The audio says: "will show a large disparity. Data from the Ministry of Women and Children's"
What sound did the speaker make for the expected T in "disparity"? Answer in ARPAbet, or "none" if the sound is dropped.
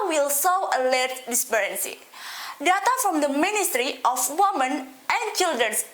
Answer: S